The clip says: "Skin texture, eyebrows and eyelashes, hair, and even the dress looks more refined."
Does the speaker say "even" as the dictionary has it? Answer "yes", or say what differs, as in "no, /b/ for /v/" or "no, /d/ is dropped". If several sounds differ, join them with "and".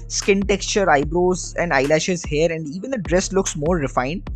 yes